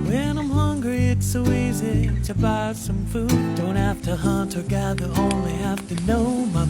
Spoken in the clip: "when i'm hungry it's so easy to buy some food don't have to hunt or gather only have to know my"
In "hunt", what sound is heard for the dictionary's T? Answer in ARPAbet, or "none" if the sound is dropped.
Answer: T